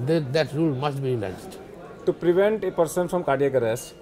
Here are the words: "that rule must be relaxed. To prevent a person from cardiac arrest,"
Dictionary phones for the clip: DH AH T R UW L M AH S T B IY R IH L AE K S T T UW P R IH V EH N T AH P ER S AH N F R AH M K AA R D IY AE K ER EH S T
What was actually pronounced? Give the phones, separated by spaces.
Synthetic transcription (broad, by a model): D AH T R UW L M AH S T B IY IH N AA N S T T UW P R IH V EH N T AH P ER S AH N F R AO M K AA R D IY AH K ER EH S